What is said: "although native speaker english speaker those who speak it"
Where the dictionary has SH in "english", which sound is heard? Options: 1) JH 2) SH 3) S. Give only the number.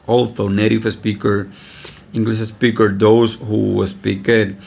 3